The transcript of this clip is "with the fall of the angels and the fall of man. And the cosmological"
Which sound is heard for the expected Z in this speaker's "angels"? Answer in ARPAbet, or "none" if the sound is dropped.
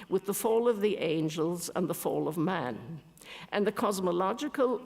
Z